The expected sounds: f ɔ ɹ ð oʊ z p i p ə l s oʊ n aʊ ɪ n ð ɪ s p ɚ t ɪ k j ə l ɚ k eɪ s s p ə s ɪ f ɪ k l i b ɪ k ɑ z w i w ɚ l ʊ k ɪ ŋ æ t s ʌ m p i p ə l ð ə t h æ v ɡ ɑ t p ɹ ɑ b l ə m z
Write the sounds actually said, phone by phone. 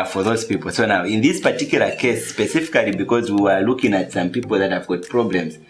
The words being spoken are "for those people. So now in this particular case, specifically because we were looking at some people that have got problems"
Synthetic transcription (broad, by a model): f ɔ ɹ ð oʊ z p i p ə l s oʊ n aʊ ɪ n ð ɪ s p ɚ t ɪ k j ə l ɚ k eɪ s s p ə s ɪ f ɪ k l i b ɪ k ɑ z w i w ɚ l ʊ k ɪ ŋ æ t s ʌ m p i p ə l ð ə t h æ v ɡ ɑ t p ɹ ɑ b l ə m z